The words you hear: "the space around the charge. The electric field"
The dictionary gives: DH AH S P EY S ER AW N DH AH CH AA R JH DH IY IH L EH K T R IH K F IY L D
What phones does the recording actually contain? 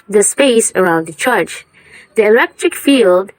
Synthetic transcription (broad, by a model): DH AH S P EY S ER AW N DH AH CH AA R CH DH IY IH L EH K T R IH K F IY L D